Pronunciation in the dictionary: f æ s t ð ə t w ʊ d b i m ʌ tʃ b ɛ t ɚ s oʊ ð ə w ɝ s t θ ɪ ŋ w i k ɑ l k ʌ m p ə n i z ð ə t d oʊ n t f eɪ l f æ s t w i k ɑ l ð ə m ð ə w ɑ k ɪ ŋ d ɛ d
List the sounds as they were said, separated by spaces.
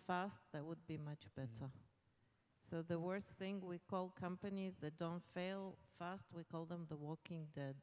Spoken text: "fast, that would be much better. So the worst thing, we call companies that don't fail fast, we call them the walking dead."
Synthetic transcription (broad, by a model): f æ s t ð ə t w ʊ d b i m ʌ tʃ b ɛ t ɚ s oʊ ð ə w ɝ s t θ ɪ ŋ w i k ɑ l k ʌ m p ə n i z ð ə t d oʊ n t f eɪ l f æ s t w i k ɑ l ð ə m ð ə w ɑ k ɪ ŋ d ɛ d